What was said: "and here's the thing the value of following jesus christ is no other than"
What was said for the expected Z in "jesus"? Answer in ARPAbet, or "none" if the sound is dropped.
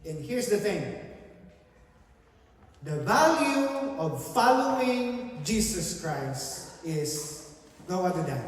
S